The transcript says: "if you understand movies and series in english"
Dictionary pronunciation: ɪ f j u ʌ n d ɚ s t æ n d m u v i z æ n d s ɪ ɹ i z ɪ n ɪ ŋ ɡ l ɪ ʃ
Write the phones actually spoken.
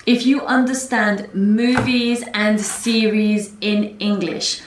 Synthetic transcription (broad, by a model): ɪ f j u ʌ n d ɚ s t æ n d m u v i z æ n d s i ɹ i z ɪ n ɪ ŋ ɡ l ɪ ʃ